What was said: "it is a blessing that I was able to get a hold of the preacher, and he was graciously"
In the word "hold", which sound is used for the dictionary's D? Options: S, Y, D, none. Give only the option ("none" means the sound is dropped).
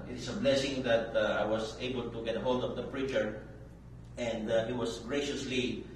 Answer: D